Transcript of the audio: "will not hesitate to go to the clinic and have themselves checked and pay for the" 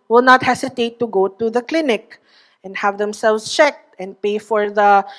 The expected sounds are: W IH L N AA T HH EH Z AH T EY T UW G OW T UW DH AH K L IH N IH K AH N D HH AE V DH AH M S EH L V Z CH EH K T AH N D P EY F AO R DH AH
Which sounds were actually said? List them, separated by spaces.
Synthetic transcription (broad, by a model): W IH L N AA T HH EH S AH T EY T UW G OW T UW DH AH K L IH N IH K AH N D HH AE V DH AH M S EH L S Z CH EH K T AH N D P EY F AO R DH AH